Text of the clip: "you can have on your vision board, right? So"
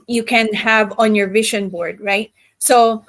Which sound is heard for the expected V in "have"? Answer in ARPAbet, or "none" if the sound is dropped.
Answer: V